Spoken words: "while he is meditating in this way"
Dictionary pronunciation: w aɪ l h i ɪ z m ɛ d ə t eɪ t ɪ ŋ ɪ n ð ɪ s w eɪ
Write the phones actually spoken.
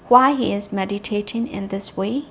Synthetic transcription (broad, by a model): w aɪ h i ɪ z m ɛ d ə t eɪ t ɪ ŋ ɪ n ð ɪ s w eɪ